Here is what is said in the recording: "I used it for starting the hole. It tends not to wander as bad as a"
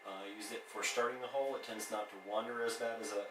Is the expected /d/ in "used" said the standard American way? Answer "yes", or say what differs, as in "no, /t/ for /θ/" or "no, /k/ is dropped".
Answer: no, /d/ is dropped